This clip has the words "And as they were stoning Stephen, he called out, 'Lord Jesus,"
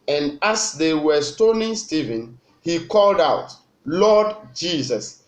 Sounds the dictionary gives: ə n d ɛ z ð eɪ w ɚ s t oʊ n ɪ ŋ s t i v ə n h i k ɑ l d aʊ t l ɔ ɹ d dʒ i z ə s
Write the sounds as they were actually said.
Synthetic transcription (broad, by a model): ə n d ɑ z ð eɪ w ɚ s t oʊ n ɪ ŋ s t i v ə n h i k ɑ l d aʊ t l ɔ d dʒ i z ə s